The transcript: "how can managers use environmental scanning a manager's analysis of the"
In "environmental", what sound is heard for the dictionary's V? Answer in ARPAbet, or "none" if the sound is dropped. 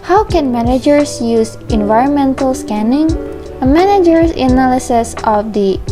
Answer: V